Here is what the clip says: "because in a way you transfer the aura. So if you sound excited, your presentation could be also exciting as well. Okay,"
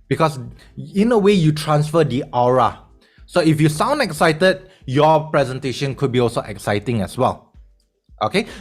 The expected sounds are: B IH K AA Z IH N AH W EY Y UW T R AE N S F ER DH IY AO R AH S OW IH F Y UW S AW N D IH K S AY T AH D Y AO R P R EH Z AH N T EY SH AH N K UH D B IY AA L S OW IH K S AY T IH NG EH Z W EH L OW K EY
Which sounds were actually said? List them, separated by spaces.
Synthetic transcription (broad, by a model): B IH K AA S IH N AH W EY Y UW T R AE N S F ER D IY AO R AH S OW IH F Y UW S AW N D IH K S AY T AH D Y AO P R EH Z AH N T EY SH AH N K UH D B IY AA L S OW IH K S AY T IH NG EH S W EH L OW K EY